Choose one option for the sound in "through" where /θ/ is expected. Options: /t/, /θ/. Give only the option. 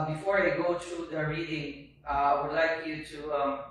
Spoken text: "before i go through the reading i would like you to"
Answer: /t/